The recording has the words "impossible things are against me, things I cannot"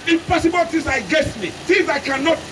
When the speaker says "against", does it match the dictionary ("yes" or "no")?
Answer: no